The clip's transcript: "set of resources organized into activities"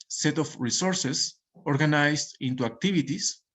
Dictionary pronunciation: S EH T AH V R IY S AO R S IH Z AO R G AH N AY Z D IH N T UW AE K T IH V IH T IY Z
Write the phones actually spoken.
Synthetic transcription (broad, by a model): S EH T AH F R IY S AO R S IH S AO R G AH N AY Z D IH N T UW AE K T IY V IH T IY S